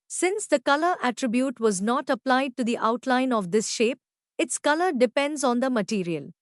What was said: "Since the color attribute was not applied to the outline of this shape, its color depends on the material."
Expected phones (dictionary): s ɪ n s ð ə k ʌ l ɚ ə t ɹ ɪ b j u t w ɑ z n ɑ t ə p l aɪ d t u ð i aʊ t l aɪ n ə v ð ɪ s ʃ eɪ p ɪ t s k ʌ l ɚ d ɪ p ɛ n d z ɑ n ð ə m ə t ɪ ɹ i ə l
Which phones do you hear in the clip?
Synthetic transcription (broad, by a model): s ɪ n s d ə k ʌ l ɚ ə t ɹ ɪ b j u t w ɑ z n ɑ t ə p l aɪ d t u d i aʊ t l aɪ n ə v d ɪ s ʃ eɪ p ɪ t s k ʌ l ɚ d ɪ p ɛ n d z ɑ n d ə m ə t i ɹ i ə l